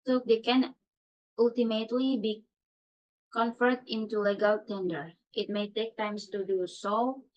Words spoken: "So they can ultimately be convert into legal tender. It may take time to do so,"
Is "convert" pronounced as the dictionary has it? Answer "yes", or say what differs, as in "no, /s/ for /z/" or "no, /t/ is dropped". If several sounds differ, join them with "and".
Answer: no, /f/ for /v/